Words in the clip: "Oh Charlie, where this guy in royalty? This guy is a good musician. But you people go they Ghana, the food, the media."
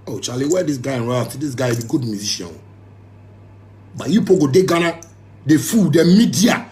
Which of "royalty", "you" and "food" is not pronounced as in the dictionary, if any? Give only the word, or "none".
royalty